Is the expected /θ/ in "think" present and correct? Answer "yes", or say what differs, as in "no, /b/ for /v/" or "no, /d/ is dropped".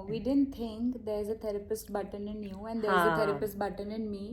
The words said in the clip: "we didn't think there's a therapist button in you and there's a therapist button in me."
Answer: no, /t/ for /θ/